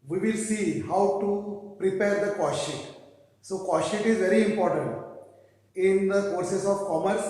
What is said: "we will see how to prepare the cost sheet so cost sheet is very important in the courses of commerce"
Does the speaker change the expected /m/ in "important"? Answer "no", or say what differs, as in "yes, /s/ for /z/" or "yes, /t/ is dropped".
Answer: no